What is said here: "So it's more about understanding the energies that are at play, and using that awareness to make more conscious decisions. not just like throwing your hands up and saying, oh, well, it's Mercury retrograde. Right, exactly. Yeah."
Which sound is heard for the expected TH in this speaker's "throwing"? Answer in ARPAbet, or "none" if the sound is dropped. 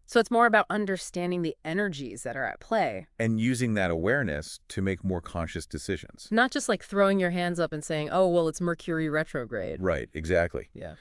TH